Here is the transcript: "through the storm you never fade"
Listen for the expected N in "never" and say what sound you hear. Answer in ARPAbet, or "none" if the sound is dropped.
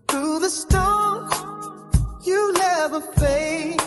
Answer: L